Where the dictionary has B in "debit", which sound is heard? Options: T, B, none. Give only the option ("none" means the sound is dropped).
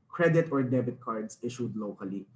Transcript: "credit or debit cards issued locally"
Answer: B